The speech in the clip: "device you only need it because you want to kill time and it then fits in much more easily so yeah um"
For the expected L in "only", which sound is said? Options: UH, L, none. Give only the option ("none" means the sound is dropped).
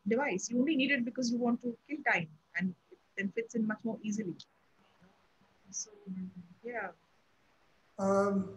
L